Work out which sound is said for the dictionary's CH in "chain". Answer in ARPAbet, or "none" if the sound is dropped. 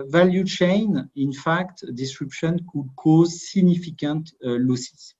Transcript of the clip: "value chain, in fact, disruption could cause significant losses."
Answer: CH